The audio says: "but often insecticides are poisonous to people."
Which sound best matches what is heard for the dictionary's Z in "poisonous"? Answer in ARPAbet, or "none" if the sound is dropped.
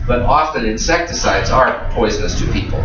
Z